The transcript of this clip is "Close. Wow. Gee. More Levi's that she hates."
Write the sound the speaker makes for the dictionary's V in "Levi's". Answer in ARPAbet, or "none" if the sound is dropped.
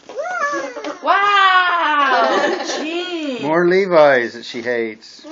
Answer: V